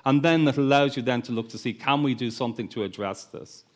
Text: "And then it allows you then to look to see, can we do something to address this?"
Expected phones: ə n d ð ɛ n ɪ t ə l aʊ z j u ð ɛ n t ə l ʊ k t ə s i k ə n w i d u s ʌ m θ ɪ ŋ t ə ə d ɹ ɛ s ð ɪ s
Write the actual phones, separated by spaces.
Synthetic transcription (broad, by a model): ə n ð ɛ n ɪ t ə l aʊ z j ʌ ð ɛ n t ə l ʊ k t ə s i k ə n w i d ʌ s ʌ m θ ɪ ŋ t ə ə d ɹ ɛ s ð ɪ s